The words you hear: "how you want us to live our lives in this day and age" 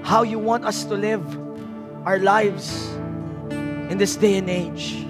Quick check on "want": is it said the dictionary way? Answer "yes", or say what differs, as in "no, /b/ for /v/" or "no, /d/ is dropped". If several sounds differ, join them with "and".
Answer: yes